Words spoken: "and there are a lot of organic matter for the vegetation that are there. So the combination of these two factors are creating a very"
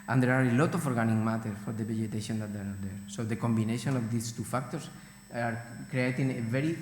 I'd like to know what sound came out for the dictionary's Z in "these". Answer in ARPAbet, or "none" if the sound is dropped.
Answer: S